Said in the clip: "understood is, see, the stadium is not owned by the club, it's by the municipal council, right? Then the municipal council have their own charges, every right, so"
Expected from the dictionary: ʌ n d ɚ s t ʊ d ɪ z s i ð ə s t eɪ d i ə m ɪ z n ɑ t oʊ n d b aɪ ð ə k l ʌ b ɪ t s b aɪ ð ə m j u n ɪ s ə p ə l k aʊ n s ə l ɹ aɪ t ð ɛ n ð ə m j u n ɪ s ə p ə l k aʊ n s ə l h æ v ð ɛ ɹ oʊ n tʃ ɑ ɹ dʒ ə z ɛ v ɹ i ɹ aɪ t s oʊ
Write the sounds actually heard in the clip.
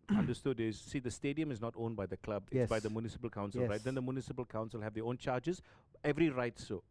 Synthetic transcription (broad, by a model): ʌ n d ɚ s t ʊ d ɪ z s i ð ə s t eɪ d i ə m ɪ z n ɑ t oʊ n b aɪ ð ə k l ʌ b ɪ s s b aɪ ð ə m j u n ɪ s ə p ə l k aʊ n s ə l ɹ aɪ t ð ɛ n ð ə m j u n ɪ s ə p ə l k aʊ n s ə l h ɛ v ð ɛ oʊ n tʃ ɑ dʒ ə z ɛ v ɹ i ɹ aɪ t s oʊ